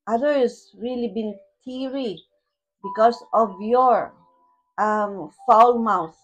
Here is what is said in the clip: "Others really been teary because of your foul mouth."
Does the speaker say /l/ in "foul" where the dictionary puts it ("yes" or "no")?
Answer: yes